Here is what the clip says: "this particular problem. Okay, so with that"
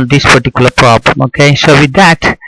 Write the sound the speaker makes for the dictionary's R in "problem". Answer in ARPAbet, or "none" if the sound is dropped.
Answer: R